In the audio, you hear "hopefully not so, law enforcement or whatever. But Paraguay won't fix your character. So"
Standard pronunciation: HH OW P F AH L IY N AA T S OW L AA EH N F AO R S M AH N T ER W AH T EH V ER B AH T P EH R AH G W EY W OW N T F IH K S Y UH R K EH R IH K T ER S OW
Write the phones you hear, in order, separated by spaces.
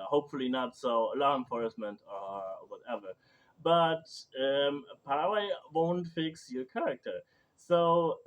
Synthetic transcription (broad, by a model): HH OW P F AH L IY N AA T S OW L AA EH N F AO R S M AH N T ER W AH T EH V ER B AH T P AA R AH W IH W OW N T F IH K S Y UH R K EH R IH K T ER S OW